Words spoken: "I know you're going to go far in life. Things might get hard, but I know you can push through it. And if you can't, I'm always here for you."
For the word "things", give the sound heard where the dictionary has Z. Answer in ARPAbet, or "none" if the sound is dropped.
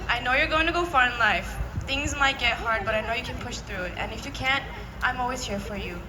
Z